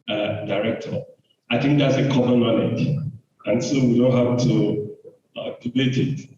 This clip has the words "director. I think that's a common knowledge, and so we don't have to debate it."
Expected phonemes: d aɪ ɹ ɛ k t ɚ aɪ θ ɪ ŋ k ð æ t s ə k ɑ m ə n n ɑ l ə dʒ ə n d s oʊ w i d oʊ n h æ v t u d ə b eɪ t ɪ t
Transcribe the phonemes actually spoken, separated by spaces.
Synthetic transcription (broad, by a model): d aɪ ɹ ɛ k t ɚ aɪ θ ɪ ŋ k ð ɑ t s ə k ɑ m ə n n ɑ n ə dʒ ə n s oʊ w i d oʊ n h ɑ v t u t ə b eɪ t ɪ t